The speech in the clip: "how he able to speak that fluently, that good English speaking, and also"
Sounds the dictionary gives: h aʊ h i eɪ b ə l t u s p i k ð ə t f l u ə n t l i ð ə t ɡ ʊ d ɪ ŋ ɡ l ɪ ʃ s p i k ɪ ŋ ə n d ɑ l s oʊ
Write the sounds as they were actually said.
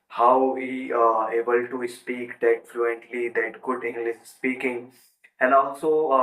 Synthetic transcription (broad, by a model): h aʊ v i eɪ b ə l t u s p i k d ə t f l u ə n t l i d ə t ɡ ʊ d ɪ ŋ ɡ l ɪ s s p i k ɪ ŋ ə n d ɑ l s oʊ